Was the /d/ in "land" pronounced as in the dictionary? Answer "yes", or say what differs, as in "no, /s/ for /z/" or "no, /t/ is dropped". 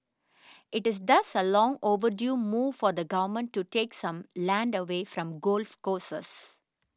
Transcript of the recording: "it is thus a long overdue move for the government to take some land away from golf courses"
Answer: yes